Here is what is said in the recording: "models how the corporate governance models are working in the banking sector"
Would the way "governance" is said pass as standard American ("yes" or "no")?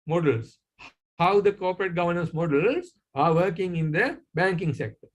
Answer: yes